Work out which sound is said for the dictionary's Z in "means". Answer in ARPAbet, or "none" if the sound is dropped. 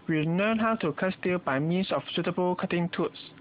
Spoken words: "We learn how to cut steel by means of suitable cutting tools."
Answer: S